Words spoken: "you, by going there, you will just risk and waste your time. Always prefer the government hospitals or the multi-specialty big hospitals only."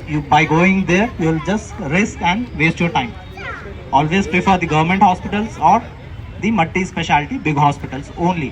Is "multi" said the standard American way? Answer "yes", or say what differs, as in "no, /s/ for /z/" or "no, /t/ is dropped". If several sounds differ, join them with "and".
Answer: no, /l/ is dropped